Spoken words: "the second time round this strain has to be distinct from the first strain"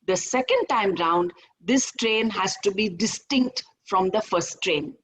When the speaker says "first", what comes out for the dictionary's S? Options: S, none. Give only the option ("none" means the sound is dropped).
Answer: none